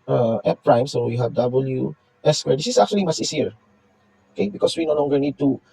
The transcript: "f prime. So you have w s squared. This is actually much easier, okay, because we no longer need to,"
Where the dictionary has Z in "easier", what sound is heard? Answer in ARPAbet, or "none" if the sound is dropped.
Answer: S